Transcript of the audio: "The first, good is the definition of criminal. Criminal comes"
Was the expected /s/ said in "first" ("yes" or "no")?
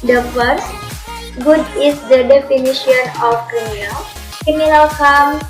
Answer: yes